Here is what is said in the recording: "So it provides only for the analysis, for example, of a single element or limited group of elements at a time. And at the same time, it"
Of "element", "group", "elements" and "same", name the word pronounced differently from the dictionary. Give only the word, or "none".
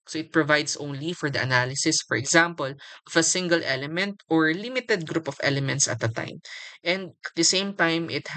none